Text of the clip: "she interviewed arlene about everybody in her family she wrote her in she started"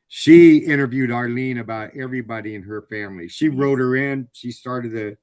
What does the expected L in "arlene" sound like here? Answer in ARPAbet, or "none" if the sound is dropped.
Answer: L